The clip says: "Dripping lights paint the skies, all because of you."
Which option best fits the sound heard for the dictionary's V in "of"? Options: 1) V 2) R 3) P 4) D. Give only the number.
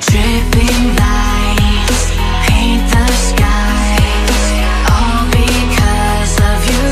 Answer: 1